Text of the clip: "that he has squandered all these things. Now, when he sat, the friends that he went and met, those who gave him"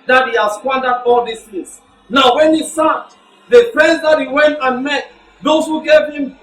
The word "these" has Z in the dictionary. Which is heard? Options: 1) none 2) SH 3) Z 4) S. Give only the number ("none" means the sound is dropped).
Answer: 4